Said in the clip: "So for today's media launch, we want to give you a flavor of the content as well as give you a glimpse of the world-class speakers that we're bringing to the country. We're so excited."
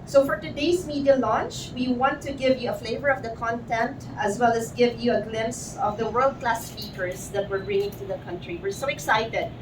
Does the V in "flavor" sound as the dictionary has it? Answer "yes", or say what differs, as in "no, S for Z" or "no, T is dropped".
yes